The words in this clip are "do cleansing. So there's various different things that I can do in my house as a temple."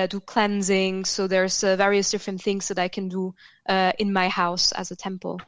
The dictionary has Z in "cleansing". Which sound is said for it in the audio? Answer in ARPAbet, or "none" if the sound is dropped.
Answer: Z